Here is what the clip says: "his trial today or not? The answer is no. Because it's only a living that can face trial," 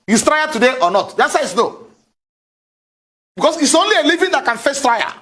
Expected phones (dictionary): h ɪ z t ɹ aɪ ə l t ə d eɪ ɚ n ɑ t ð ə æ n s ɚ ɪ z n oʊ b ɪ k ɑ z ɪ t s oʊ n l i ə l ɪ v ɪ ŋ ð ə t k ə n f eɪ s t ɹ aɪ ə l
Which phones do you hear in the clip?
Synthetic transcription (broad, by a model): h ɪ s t ɹ aɪ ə t ə d eɪ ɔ n ɑ t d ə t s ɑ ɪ s n oʊ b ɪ k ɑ s ɪ t s oʊ n l i ə l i v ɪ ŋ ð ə t k ə n f eɪ s t ɹ aɪ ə